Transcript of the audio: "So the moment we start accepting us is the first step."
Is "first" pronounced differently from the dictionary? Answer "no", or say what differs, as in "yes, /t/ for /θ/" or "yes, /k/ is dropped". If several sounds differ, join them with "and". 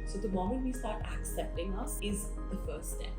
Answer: yes, /s/ is dropped